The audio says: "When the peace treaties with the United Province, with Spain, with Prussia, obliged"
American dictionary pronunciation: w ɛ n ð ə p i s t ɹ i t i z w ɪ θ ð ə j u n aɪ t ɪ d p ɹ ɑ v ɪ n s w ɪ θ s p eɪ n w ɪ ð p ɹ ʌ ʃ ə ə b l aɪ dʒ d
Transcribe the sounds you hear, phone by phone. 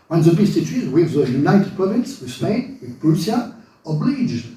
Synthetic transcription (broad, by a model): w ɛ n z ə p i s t i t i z w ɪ ð ə j u n aɪ t ɪ d p ɹ ɑ v ɪ n s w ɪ s p eɪ n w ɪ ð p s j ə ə b l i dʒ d